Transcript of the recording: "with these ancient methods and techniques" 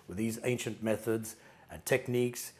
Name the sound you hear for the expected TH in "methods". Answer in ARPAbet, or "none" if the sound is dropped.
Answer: TH